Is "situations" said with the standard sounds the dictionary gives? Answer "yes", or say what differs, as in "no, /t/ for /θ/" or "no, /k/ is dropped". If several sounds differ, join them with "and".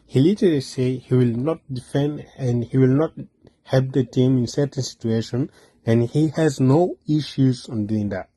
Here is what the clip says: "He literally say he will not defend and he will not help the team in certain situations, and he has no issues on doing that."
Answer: no, /z/ is dropped